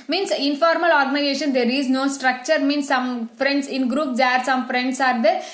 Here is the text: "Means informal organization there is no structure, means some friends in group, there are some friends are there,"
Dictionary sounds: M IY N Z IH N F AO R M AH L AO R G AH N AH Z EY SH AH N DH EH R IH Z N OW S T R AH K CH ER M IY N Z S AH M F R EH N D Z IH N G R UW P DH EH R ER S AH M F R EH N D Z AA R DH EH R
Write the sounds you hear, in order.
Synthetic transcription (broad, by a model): M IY N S IH N F AO R M AH L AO R G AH N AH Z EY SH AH N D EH R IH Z N OW S T R AH K CH ER M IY N S AH M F R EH N D S IH N G R UW P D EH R S AH M F R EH N D S AA R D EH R